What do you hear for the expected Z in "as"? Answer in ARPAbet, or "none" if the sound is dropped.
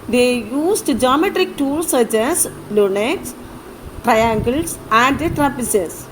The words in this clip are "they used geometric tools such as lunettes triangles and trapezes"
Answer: S